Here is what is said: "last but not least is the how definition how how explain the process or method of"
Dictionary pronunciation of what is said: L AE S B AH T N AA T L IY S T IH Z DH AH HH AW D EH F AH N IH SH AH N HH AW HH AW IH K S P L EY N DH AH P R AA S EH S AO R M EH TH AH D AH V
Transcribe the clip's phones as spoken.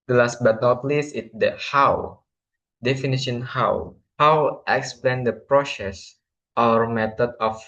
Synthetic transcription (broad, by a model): L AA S B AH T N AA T L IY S IH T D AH HH AW D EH F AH N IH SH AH N HH AW HH AW IH K S P L EY N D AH P R AA S EH S AO R M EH T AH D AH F